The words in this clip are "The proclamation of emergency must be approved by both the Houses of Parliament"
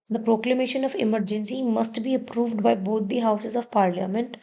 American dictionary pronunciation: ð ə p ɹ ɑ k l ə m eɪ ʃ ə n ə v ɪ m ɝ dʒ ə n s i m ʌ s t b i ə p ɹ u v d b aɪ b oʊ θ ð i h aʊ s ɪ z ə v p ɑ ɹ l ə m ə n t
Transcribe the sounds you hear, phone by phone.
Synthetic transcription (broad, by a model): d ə p ɹ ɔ k l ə m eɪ ʃ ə n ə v ɪ m ɝ dʒ ə n s i m ʌ s t b i ə p ɹ u v d b aɪ b oʊ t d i h aʊ s ɪ z ə v p ɑ ɹ l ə m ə n t